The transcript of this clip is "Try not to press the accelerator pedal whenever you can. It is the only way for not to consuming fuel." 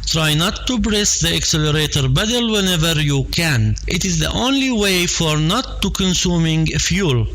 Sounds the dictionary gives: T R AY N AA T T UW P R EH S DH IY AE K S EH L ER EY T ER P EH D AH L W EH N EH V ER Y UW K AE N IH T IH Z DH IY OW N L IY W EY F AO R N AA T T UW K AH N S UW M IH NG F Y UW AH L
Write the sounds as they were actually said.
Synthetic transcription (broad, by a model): T R AY N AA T T UW B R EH S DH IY AE K S EH L ER EY T ER B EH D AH L W EH N EH V ER Y UW K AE N IH T IH Z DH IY OW N L IY W EY F AO R N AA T T UW K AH N S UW M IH NG F Y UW L